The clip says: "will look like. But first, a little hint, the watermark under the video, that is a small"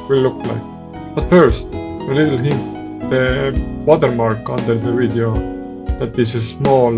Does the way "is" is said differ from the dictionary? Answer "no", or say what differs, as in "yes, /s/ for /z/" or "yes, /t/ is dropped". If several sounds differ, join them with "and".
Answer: yes, /s/ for /z/